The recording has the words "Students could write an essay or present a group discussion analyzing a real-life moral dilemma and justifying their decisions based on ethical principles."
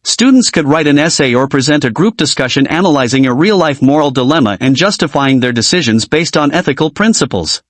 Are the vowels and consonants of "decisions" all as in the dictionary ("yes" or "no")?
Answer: yes